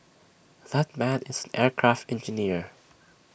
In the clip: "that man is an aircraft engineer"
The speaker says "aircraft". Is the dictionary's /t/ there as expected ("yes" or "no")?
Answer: yes